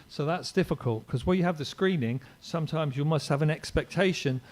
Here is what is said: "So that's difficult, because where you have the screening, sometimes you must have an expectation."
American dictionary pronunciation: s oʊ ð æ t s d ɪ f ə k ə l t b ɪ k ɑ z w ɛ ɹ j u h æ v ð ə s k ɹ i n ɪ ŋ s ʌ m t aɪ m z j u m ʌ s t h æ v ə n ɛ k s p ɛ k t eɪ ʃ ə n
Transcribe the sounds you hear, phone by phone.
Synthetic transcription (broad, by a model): s oʊ ð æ t s d ɪ f ə k ə l t k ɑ z w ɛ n j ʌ v ð ə s k ɹ i n ɪ ŋ s ʌ m t aɪ m z j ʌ m ʌ s t h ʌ v ə n ɛ k s p ɛ k t eɪ ʃ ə n